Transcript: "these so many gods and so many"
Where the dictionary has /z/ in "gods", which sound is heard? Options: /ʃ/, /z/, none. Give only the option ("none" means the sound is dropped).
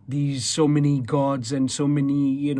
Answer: /z/